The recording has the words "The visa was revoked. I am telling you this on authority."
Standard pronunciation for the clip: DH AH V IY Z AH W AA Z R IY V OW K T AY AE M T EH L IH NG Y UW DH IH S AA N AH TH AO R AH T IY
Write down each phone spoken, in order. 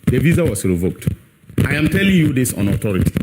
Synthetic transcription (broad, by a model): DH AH V IY Z AH W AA S R IY V OW K T AY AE M T EH L IH NG Y UW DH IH S AA N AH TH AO R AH T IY